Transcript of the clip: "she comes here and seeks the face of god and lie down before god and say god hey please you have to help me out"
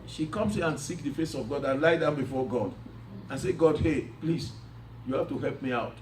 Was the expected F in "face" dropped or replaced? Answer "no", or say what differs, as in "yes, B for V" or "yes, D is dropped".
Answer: no